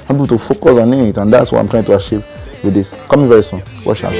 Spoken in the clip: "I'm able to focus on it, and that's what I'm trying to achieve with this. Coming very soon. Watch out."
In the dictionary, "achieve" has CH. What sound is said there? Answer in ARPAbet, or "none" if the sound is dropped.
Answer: SH